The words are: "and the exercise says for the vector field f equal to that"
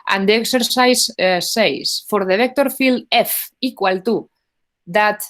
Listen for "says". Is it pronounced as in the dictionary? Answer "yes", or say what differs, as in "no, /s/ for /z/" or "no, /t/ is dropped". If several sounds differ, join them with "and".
no, /s/ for /z/